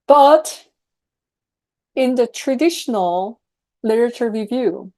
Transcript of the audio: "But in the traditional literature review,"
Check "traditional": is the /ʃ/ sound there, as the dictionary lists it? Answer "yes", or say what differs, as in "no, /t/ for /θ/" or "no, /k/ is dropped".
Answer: yes